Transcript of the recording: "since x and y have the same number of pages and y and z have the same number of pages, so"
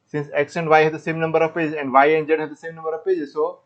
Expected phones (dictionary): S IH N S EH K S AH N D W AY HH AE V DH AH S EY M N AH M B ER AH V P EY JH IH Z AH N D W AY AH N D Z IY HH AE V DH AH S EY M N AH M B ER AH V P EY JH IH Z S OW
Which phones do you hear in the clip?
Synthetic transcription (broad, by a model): S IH N S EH K SH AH N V AY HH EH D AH S EY M N AH M B ER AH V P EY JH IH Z AH N D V AY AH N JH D HH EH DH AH S EY M N AH M B ER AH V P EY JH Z S OW